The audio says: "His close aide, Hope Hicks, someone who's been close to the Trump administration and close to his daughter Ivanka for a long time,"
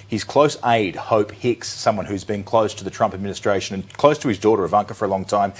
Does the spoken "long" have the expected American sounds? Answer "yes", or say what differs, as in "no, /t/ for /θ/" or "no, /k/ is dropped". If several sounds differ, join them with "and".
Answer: yes